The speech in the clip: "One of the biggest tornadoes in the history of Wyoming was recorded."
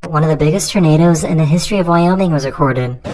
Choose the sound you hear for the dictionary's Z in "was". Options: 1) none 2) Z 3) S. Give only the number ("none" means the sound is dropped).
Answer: 2